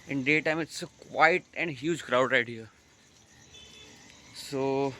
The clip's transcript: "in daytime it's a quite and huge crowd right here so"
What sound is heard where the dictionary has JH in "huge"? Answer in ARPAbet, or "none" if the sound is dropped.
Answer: JH